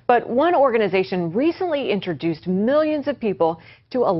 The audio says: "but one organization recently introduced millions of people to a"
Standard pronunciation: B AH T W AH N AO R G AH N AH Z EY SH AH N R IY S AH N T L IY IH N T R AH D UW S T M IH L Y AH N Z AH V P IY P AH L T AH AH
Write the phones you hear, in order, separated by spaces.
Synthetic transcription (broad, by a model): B AH T W AH N AO R G AH N AH Z EY SH AH N R IY S AH N T L IY IH N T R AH D UW S T M IH L Y AH N Z AH V P IY P L T AH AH